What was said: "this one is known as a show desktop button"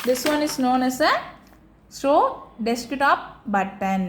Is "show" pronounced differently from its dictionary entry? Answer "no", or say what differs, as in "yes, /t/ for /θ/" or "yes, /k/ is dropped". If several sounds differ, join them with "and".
yes, /s/ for /ʃ/